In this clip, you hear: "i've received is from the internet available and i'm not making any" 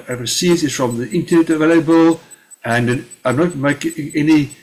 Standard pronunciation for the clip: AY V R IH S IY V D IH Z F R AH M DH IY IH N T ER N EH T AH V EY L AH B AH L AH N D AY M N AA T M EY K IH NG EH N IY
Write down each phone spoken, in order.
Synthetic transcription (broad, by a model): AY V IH S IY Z IH Z F R AH M DH IY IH N T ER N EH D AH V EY L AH B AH L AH N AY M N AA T M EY IH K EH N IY